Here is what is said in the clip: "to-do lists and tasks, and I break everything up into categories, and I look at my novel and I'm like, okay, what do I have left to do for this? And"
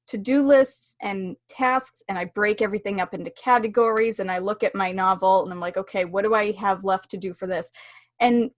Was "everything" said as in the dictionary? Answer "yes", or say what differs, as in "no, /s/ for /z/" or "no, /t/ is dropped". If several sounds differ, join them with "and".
yes